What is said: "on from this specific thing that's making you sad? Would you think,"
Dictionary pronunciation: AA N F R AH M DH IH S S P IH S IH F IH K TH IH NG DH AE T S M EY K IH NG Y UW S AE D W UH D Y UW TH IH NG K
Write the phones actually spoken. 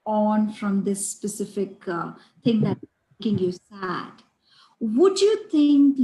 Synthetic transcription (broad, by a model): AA N F R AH M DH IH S S P IH S IH F IH K T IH NG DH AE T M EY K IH NG Y UW S AE D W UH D Y UW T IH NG K